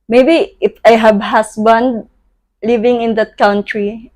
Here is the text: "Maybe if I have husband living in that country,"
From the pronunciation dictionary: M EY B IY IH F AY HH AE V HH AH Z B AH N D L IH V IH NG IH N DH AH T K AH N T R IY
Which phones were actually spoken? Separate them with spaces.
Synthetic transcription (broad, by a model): M EY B IY IH F AY HH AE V HH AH S B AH N D L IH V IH NG IH N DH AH T K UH N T R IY